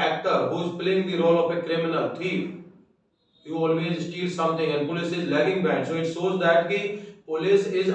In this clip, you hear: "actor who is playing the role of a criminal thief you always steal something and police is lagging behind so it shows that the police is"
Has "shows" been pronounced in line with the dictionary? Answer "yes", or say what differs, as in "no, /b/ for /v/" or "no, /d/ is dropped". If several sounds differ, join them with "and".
no, /s/ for /ʃ/